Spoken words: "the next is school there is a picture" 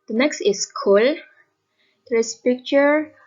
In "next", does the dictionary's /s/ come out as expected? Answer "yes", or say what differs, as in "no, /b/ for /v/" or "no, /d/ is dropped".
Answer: yes